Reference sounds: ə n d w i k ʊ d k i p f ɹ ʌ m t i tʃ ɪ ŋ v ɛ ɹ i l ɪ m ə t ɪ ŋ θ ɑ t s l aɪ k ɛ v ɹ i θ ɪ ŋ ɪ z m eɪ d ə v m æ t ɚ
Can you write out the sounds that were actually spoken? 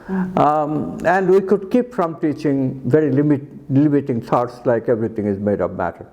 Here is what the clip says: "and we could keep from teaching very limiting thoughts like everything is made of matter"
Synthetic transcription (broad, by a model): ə n d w i k ʊ d k i p f ɹ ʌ m t i tʃ ɪ ŋ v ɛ ɹ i l ɪ m ə t ɪ ŋ s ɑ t s l aɪ k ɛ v ɹ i t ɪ ŋ ɪ z m eɪ d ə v m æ t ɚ